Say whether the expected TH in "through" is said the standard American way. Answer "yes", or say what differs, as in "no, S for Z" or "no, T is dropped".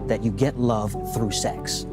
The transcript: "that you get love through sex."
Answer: yes